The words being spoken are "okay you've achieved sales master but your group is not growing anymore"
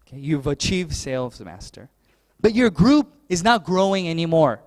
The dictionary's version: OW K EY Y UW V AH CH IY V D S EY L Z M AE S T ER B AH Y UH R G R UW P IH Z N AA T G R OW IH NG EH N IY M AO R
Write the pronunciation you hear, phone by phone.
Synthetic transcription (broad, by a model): K EY Y UW V AH CH IY V D S EY L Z M AE S T ER B AH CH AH R G R UW P IH Z N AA T G R OW IH NG EH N IY M AO R